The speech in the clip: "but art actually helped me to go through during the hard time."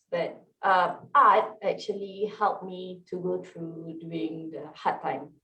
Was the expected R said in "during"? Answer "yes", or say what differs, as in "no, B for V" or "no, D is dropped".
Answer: no, R is dropped